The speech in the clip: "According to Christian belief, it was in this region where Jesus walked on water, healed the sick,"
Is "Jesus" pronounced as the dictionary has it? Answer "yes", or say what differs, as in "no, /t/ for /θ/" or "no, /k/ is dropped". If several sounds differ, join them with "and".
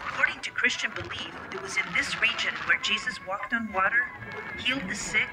yes